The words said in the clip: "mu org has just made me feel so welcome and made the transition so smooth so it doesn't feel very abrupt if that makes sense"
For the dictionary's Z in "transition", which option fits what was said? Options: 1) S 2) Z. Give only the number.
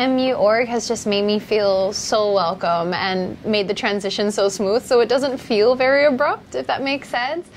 2